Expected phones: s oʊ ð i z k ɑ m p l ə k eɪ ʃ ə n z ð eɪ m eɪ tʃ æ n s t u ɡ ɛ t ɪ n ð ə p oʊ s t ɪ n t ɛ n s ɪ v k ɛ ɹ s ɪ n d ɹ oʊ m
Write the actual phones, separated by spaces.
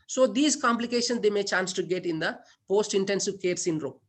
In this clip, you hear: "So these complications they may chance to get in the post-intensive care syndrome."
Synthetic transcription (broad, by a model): s oʊ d i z k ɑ m p l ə k eɪ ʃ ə n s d eɪ m eɪ tʃ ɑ n s t u ɡ ɛ t ɪ n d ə p oʊ s t ɪ n t ɛ n s ɪ v k ɛ ɹ s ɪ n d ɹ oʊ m